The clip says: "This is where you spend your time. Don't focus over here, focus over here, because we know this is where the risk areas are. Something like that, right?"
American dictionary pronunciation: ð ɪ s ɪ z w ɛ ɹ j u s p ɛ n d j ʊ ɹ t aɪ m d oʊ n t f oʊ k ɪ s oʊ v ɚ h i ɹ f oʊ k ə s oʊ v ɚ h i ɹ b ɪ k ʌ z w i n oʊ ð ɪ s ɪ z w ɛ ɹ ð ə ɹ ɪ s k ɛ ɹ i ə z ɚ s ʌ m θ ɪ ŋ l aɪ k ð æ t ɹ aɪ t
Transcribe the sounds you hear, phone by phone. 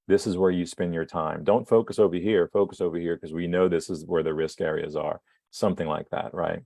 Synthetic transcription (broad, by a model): ð ɪ s ɪ z w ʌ ɹ j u s p ɛ n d j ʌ ɹ t aɪ m d oʊ n t f oʊ k ɪ s oʊ v ɚ h i ɹ f oʊ k ə s oʊ v ɚ h i ɹ k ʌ z w i n oʊ ð ɪ s ɪ z w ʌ ɹ ð ə ɹ ɪ s k ɛ ɹ i ə z ɚ s ʌ m θ ɪ ŋ l aɪ k ð æ t ɹ aɪ t